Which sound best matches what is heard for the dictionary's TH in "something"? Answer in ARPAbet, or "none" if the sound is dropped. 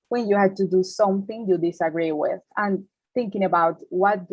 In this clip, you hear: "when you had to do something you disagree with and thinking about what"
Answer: TH